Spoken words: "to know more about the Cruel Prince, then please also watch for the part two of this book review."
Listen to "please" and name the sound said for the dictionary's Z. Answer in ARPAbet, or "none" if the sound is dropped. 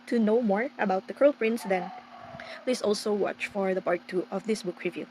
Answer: S